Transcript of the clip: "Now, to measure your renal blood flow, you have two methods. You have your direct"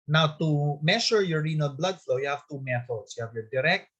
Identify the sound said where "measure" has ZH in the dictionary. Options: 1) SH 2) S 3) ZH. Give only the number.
1